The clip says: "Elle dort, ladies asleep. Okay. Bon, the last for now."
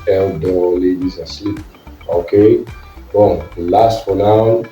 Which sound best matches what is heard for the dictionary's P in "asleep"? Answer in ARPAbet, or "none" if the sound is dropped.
none